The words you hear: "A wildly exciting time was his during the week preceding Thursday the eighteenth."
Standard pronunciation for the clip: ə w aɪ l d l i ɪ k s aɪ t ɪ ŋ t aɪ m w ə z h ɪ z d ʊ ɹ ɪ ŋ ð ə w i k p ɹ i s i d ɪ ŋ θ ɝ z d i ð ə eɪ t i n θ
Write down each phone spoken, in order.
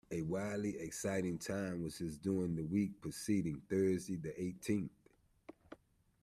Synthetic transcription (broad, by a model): ə w aɪ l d l i ɪ k s aɪ t ɪ ŋ t aɪ m w ə z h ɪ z d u ɪ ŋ ð ə w i k p ɹ i s i d ɪ ŋ θ ɝ z d i ð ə eɪ t i n θ